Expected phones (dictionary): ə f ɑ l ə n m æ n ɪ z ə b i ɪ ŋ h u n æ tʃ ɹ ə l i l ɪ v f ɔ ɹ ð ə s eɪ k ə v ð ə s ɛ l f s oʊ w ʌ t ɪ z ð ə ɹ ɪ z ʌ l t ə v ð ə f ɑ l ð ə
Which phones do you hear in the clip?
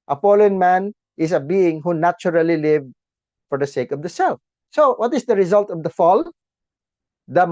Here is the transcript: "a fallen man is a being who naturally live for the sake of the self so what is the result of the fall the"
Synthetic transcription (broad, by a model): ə p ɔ l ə n m æ n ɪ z ə b i ɪ ŋ h u n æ tʃ ɹ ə l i l ɪ v f ɔ ɹ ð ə s eɪ k ə v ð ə s ɛ l f s oʊ w ʌ t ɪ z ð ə ɹ ɪ z ʌ l t ə v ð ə f ɑ l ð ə